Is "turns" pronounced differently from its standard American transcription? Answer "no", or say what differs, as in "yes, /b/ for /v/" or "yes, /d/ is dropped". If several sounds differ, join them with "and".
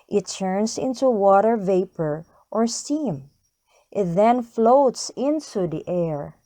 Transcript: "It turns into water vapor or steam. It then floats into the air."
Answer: yes, /s/ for /z/